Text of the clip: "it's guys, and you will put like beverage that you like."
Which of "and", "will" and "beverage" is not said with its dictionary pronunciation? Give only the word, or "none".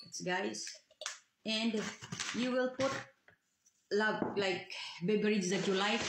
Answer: beverage